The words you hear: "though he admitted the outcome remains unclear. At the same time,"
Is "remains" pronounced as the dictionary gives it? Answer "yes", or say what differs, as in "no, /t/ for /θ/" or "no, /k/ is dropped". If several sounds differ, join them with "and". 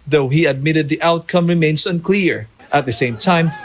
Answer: no, /s/ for /z/